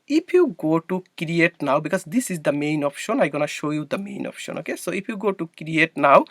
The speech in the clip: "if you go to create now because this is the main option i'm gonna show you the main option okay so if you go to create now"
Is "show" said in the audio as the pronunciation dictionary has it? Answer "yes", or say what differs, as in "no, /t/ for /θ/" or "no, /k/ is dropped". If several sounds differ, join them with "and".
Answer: yes